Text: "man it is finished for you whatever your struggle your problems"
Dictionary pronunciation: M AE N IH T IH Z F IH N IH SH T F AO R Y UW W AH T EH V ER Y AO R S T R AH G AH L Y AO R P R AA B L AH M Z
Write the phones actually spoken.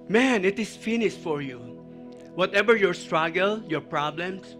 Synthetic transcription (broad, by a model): M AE N IH T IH S F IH N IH S T F AO R Y UW W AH T EH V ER Y AO R S T R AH G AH L Y AO R P R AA B L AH M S